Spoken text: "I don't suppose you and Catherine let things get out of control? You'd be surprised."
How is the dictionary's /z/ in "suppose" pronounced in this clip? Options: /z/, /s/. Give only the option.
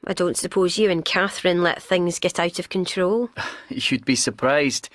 /z/